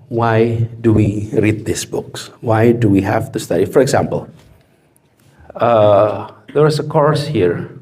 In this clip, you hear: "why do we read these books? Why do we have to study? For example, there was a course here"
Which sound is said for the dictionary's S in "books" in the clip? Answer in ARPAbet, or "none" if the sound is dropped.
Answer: S